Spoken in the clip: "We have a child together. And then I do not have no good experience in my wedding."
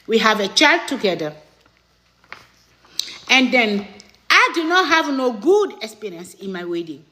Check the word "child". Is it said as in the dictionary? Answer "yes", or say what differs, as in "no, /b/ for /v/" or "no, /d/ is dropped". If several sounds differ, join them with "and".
yes